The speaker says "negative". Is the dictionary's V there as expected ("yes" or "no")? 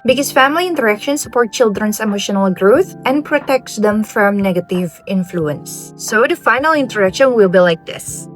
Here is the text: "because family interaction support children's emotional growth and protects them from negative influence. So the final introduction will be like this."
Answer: yes